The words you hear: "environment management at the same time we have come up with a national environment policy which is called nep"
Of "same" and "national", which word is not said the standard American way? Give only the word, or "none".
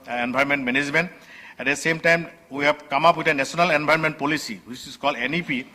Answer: national